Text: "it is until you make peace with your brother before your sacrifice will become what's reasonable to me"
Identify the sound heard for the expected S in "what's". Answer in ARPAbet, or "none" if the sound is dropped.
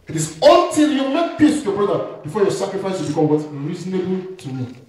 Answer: none